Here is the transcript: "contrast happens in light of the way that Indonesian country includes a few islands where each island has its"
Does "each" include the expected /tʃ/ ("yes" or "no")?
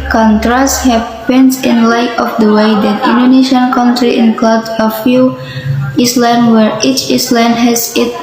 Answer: yes